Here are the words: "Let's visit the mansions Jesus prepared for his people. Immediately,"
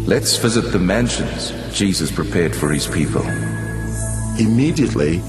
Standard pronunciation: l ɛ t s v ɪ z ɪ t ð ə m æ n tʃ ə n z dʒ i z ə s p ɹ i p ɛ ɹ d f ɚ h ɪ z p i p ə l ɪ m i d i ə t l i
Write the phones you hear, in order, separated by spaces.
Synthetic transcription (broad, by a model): l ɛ t s v ɪ z ɪ t ð ə m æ n ʃ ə n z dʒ i z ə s p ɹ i p ɛ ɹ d f ɚ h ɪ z p i p ə l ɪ m i d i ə t l i